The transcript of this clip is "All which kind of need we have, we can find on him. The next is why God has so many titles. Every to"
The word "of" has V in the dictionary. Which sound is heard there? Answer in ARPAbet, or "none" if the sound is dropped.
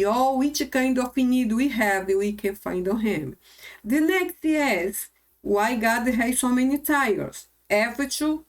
F